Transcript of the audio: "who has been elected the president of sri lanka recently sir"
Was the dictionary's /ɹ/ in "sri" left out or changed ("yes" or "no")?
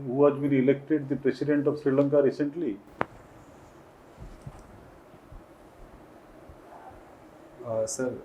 no